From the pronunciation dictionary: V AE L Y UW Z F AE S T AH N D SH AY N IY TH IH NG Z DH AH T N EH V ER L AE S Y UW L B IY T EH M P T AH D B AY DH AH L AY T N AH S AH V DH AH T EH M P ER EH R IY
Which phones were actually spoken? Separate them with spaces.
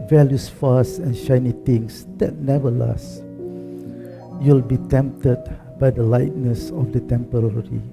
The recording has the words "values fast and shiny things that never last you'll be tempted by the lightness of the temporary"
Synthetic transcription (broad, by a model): V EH L Y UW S F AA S AH N SH AY N IY T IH NG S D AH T N EH V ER L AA S Y UW L B IY T EH M P T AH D B AY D AH L AY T N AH S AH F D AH T EH M P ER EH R IY